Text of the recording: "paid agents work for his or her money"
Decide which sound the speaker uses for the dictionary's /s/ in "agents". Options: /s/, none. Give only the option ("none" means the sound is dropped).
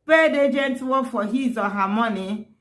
none